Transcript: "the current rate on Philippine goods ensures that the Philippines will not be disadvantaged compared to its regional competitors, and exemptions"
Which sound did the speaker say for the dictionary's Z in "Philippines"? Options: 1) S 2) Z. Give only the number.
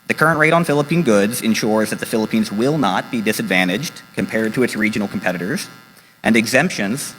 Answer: 2